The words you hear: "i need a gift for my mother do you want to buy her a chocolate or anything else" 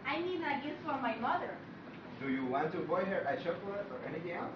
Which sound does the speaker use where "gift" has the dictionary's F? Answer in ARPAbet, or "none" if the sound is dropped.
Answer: none